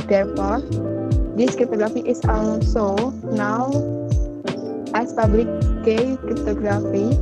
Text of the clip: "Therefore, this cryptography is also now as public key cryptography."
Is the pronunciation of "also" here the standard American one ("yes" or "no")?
no